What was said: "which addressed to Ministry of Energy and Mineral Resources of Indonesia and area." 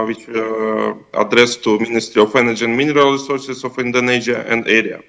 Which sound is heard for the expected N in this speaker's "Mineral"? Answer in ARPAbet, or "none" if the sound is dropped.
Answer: N